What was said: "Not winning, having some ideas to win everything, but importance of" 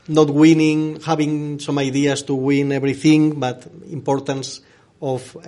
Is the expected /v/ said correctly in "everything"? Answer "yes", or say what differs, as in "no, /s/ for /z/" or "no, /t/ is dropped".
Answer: no, /b/ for /v/